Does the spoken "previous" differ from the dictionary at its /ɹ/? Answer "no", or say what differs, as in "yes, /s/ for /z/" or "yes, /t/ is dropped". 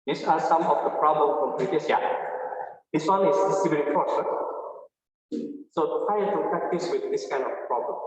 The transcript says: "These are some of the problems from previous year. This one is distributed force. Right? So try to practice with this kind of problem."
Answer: yes, /l/ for /ɹ/